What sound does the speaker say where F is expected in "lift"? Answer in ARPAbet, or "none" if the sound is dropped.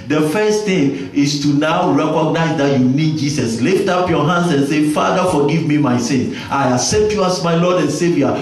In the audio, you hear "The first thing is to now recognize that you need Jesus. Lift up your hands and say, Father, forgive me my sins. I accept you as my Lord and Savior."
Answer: F